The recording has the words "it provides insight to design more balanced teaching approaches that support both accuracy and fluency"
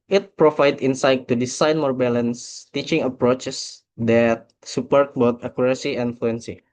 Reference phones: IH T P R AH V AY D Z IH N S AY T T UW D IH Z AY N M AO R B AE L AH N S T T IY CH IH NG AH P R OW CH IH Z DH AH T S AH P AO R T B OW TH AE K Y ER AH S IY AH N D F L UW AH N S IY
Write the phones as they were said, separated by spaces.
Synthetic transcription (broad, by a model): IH T P R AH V AY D IH N S AY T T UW D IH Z AY N M AO R B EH L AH N S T T IY CH IH NG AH P R OW CH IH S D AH T S AH P AO R T B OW T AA K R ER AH S IY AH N F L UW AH N S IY